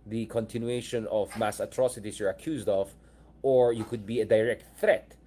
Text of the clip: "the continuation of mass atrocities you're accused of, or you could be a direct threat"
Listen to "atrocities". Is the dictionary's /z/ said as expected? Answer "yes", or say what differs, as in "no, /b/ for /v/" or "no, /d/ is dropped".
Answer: no, /s/ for /z/